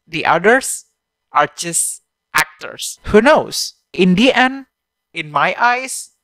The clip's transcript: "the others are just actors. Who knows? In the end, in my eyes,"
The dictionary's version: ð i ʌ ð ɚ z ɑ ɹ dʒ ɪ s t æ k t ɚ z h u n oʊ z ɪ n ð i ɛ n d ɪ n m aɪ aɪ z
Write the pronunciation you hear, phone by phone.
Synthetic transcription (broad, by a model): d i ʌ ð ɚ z ɑ ɹ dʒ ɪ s t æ k t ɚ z h u n oʊ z ɪ n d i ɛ n ɪ n m aɪ aɪ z